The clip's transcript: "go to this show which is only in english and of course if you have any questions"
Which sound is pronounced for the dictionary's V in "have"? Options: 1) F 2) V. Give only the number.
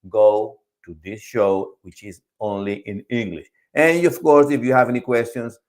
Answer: 2